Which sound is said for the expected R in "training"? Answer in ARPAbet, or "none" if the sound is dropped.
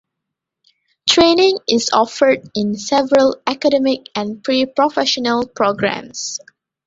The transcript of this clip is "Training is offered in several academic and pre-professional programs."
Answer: R